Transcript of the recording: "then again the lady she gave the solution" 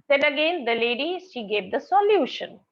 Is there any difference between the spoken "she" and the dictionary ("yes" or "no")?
no